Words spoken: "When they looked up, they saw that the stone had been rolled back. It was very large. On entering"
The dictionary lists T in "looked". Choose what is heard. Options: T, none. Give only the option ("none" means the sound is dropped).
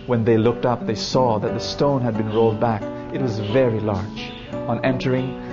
T